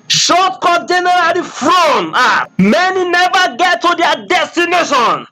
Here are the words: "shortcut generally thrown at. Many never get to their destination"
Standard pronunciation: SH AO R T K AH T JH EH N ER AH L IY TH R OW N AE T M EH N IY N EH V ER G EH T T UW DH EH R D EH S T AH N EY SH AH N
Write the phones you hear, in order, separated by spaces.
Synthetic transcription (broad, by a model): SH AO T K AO JH EH N ER AH L IY F R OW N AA M EH N IY N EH V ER G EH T T UW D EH D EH S T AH N EY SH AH N